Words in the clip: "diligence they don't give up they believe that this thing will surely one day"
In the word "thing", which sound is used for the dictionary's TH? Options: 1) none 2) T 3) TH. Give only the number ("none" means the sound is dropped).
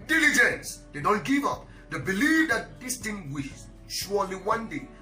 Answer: 2